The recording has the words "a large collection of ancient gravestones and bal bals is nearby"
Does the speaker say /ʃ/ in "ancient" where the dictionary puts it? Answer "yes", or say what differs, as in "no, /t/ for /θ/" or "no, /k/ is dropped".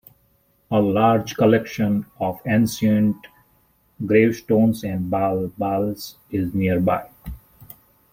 no, /s/ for /ʃ/